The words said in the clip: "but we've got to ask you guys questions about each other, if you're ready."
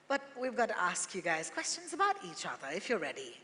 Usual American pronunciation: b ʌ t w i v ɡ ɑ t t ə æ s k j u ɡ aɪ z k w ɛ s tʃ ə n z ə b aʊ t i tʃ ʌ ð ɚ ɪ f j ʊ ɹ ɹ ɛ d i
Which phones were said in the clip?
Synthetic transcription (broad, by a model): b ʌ t w i v ɡ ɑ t t æ s k j u ɡ aɪ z k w ɛ s tʃ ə n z ə b aʊ t i tʃ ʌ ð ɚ ɪ f j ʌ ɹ ɹ ɛ d i